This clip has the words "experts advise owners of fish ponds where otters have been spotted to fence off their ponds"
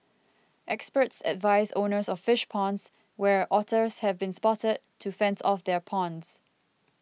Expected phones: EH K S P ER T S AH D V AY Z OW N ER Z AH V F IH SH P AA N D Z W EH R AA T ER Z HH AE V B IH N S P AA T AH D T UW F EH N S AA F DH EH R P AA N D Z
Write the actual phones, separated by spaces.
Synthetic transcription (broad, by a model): EH K S P ER T S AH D V AY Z OW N ER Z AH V F IH SH P AA N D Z W EH R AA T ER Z HH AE V B IH N S P AA T AH D T UW F EH N S AA F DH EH R P AA N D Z